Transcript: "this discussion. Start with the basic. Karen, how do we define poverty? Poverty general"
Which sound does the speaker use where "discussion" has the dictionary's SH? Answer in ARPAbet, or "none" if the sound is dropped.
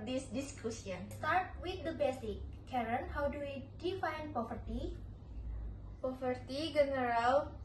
S